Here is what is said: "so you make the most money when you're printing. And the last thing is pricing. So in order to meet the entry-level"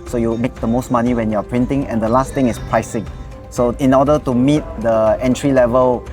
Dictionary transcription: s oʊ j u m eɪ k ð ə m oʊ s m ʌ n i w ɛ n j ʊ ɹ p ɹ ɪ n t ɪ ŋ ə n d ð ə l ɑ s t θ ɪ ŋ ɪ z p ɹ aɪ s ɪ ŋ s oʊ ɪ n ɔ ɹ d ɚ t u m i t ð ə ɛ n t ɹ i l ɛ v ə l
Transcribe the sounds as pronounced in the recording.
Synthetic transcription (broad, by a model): s oʊ j u m eɪ k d ə m oʊ s m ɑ n i w ɛ n j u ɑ p ɹ ɪ n t ɪ ŋ ə n d ə l ɑ s t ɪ ŋ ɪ s p ɹ aɪ s ɪ ŋ s oʊ ɪ n ɔ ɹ d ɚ t u m i t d ə ɛ n t ɹ i l ɛ v ə l